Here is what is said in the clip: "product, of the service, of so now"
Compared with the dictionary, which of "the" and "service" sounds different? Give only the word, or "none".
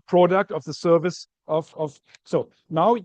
none